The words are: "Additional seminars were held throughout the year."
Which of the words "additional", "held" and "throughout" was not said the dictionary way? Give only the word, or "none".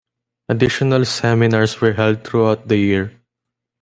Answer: throughout